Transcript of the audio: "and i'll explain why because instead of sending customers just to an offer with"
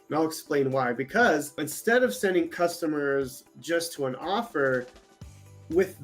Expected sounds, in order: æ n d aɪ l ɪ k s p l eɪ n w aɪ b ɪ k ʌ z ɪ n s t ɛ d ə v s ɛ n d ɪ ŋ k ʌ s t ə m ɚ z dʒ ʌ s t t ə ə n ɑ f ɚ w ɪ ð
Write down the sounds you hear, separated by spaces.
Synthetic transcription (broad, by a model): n aɪ l ɪ k s p l eɪ n w aɪ b ɪ k ʌ z ɪ n s t ɛ d ə v s ɛ n d ɪ ŋ k ʌ s t ə m ɚ z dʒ ʌ s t t ə ə n ɑ f ɚ w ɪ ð